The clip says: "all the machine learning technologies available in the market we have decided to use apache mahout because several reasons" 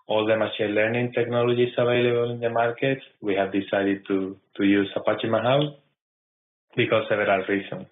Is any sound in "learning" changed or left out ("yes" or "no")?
no